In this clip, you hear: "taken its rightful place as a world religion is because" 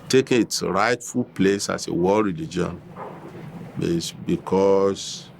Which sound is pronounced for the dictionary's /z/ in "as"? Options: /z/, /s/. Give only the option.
/s/